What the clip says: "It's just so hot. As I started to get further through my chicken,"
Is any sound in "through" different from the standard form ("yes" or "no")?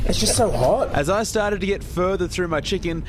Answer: no